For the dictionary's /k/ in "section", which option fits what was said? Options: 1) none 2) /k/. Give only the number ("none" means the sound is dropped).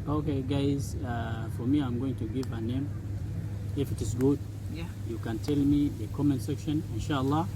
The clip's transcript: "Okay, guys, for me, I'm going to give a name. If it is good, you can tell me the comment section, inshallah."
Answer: 2